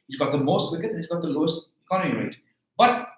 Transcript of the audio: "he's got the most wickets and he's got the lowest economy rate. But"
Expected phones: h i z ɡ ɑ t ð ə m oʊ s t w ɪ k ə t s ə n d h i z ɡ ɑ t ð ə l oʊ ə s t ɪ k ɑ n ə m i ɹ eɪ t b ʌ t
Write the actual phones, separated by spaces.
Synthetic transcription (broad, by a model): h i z ɡ ɑ t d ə m oʊ s t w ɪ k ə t ə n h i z ɡ ɑ t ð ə l oʊ ə s t ɪ k ɑ n ə m i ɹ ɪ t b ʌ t